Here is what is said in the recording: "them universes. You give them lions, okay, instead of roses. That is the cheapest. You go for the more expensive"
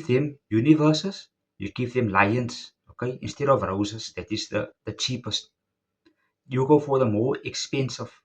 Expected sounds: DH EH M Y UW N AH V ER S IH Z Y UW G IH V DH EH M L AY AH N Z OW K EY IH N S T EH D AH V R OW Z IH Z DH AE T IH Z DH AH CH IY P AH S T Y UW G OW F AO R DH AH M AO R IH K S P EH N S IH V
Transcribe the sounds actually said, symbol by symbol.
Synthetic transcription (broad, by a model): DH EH M Y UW N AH V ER S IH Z Y UW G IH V DH EH M L AY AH N S OW K EY IH N S T EH D AH V R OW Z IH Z DH AE T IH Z DH AH CH IY P AH S T Y UW G OW F AO R DH AH M AO R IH K S P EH N S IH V